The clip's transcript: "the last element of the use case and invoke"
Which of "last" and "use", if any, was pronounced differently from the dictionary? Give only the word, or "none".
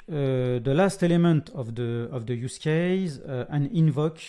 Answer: none